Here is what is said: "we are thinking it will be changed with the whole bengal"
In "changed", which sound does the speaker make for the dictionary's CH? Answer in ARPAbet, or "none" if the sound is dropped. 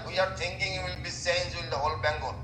S